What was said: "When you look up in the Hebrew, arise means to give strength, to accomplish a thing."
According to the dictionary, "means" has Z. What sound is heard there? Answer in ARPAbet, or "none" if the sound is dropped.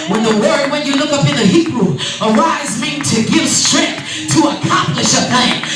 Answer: none